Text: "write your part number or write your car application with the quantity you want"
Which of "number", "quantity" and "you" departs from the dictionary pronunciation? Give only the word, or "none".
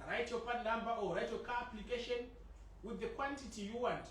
number